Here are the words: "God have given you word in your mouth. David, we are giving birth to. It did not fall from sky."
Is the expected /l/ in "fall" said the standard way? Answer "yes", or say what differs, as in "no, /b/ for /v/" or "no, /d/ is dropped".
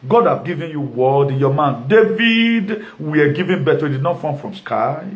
no, /n/ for /l/